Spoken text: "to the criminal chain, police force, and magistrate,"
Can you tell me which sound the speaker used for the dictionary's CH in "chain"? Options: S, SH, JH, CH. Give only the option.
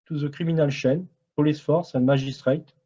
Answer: SH